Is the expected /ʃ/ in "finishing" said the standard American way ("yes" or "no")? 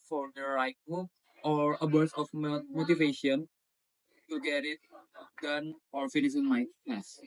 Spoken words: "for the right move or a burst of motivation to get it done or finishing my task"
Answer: no